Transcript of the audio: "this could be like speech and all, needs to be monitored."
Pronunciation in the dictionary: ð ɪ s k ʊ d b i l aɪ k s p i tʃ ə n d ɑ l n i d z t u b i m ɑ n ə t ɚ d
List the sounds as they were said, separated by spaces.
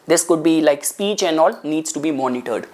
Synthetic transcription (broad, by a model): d ɪ s k ʊ d b i l aɪ k s p i tʃ ə n d ɑ l n i d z t u b i m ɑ n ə t ɚ d